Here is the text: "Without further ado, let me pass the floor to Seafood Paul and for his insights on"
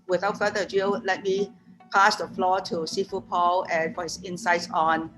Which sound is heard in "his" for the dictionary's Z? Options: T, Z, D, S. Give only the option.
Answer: S